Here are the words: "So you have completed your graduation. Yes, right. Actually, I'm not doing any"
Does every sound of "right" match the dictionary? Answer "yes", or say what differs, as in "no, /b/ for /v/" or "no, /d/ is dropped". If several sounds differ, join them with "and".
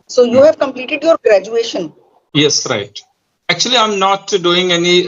yes